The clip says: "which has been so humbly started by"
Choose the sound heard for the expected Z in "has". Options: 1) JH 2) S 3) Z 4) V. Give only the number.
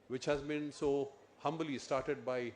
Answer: 3